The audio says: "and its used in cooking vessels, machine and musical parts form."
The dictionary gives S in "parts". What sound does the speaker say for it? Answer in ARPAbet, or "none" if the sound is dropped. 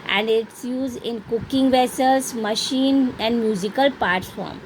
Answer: none